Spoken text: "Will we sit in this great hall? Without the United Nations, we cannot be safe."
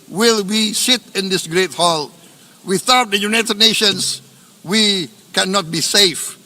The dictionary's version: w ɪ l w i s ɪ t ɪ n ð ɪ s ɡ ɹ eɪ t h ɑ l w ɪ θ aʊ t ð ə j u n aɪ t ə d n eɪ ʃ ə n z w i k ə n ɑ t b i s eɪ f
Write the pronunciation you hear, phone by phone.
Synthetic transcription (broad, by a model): w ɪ l w i s ɪ t ɪ n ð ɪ s ɡ ɹ eɪ t h ɑ l w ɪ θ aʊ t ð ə j u n aɪ t ə d n eɪ ʃ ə n s w i k ə n ɑ t b i s eɪ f